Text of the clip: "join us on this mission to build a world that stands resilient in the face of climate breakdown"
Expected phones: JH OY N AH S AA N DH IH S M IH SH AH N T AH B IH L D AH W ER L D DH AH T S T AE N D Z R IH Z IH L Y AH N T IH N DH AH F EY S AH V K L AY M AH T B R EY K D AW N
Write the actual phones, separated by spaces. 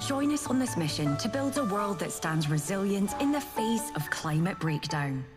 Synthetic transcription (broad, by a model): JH OY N AH S N DH IH S M IH SH AH N T AH B IH L D AH W ER L D DH AH T S T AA N D Z R IH Z IH L Y AH N T IH N DH AH F EY S AH V K L AY M AH T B R EY K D AW N